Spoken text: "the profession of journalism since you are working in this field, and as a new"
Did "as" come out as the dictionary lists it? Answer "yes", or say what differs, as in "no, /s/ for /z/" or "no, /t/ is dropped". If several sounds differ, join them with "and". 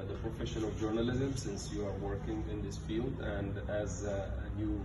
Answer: yes